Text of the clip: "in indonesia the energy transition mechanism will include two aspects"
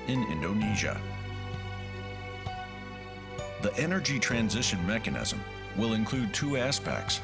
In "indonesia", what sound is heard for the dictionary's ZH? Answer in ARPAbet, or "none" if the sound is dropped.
ZH